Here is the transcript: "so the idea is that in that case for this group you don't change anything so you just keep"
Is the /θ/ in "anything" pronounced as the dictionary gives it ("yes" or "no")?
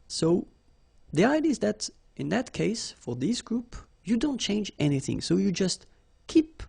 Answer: yes